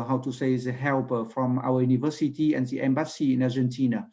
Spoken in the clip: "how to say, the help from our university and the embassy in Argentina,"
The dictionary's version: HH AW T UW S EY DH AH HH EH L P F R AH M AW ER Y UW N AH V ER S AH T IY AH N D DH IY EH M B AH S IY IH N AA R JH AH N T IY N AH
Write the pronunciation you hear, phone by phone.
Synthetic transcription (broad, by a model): HH AW T UW S EY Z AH HH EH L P F R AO M AW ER Y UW N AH V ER S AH T IY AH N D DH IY EH M B AH S IY IH N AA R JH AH N T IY N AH